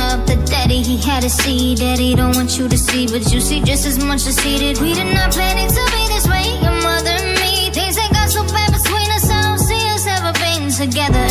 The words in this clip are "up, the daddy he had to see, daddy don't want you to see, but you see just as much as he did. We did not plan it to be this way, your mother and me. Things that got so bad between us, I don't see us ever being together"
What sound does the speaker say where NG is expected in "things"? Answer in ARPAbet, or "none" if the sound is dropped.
none